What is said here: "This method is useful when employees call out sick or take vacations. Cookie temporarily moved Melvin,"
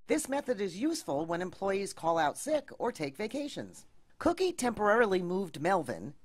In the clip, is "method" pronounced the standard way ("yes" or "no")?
yes